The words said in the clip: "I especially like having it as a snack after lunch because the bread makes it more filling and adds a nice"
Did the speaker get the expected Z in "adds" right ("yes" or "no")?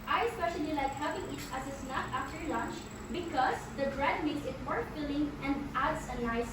no